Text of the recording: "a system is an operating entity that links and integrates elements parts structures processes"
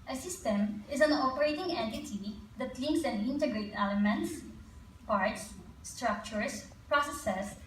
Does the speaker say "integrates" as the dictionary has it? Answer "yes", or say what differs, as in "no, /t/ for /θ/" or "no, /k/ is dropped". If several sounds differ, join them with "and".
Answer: no, /s/ is dropped